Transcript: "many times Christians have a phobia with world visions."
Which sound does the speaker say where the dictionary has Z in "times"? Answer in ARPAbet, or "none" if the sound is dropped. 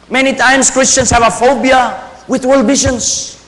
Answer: S